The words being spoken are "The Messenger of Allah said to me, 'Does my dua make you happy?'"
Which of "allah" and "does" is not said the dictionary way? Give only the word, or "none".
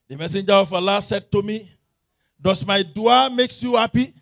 does